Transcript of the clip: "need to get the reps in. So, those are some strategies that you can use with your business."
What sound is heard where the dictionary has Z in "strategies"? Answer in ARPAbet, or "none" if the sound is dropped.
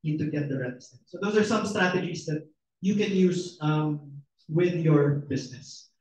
S